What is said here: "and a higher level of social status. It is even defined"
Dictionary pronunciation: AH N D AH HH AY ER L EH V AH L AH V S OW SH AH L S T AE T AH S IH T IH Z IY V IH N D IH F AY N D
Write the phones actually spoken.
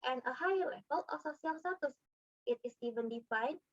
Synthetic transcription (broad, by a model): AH N AH HH AY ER L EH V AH L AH S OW S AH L S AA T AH S IH T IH S IY V IH N D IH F AY N